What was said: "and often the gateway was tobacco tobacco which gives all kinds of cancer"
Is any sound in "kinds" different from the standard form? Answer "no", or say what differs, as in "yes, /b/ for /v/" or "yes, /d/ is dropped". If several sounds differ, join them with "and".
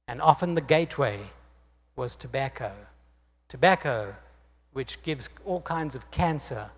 no